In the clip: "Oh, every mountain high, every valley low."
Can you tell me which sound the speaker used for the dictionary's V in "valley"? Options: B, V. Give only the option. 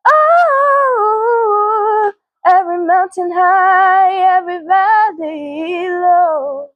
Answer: B